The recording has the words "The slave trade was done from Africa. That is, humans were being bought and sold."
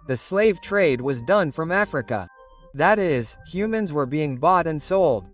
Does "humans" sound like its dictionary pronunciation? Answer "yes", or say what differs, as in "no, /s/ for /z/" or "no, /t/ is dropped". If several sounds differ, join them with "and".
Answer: yes